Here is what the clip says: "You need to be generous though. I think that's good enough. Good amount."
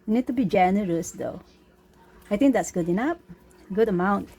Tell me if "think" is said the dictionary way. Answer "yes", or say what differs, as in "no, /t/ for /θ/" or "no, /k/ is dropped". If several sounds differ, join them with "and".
no, /t/ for /θ/